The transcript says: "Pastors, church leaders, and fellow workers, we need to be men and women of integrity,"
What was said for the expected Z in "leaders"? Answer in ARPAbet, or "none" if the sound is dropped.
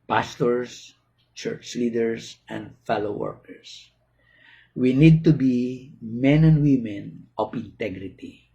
S